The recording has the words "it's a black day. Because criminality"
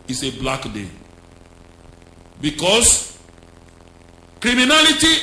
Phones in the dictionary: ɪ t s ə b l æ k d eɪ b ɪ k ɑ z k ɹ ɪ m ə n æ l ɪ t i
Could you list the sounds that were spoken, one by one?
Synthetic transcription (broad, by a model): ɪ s ə b l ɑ k d eɪ b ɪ k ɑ s k ɹ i m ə n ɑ l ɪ t i